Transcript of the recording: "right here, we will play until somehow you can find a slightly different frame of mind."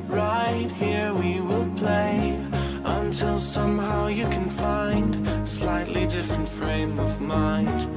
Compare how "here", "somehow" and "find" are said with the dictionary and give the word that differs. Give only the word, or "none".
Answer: none